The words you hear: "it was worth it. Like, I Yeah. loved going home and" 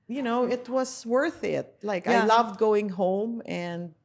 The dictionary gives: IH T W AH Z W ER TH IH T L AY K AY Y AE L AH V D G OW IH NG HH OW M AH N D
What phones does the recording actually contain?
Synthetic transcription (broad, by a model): IH T W AH Z W ER TH IH T L AY K AY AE L AH V D G OW IH NG HH OW M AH N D